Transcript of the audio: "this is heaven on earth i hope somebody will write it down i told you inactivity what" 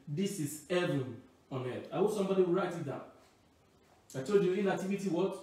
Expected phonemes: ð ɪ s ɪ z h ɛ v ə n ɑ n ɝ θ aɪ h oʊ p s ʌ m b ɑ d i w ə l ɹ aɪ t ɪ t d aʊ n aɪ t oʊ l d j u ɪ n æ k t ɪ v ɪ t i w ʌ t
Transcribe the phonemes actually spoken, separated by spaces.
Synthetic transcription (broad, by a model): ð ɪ s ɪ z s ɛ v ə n ɑ n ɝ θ aɪ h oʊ s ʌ m b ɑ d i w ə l ɹ aɪ t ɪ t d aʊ aɪ t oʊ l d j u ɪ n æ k t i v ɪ t i w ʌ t